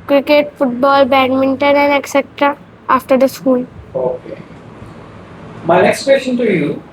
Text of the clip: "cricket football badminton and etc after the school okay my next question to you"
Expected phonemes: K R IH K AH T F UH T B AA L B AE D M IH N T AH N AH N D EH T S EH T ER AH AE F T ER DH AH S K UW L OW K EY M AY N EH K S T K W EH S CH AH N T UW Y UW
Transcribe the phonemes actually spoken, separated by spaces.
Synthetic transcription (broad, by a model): K R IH K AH T F UH T B AA L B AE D M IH N T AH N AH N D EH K S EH T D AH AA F T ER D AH S K UW L OW K EY M AY N EH K S T K W EH S CH AH N T UW Y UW